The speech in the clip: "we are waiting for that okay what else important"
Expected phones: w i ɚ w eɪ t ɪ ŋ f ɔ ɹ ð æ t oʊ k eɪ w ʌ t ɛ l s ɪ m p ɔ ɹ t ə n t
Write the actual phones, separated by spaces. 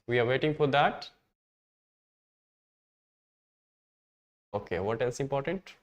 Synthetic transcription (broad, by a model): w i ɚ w eɪ t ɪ ŋ f ɔ ɹ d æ t oʊ k eɪ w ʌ t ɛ s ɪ m p ɔ ɹ t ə n t